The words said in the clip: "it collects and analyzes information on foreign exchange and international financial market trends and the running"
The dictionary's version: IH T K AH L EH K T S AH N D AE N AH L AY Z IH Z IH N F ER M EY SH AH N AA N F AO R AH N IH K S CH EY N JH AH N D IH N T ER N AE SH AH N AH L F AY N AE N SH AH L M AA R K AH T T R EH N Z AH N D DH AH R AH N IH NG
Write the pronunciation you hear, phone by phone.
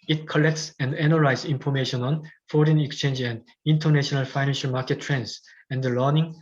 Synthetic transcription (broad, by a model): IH T K AH L EH K T S AH N D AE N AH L AY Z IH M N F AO M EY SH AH N AA N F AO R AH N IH K S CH EY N JH AH N D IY N T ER N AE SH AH N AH L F AY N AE N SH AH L M AA K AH T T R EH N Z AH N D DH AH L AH N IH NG